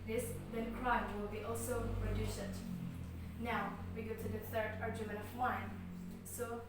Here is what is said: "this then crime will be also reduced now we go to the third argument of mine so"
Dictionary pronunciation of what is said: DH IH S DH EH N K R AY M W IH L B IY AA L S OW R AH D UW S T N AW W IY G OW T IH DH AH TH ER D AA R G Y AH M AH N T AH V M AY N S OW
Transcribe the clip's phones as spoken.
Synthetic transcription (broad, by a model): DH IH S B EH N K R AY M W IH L B IY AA L S OW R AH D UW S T N AW W IY G OW T IH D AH S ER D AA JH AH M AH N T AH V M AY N S OW